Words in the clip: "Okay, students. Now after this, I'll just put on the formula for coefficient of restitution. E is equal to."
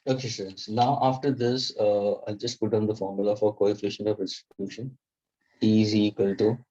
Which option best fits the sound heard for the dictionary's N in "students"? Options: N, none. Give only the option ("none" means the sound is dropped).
none